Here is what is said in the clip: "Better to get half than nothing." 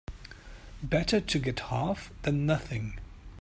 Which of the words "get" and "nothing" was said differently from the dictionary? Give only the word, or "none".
none